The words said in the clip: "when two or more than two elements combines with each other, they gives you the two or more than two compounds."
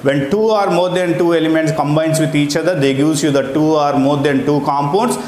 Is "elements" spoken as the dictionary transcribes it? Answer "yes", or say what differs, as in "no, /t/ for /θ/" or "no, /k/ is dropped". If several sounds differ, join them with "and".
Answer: yes